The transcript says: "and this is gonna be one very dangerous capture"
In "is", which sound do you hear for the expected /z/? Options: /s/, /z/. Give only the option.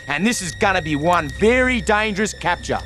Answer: /z/